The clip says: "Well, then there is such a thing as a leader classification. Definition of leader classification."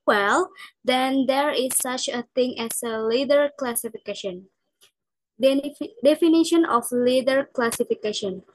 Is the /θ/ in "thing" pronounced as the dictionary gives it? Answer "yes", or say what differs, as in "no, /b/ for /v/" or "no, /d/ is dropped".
no, /t/ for /θ/